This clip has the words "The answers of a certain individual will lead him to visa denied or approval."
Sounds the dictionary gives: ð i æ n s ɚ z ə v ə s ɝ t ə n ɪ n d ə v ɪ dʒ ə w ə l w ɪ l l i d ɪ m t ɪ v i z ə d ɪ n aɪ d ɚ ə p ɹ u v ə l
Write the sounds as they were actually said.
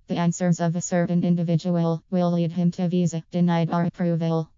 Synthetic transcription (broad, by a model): ð i æ n s ɚ z ə v ə s ɝ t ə n ɪ n d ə v ɪ dʒ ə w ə l w ɪ l l i d ɪ m t ɪ v i z ə d ɪ n aɪ d ɚ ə p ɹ u v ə l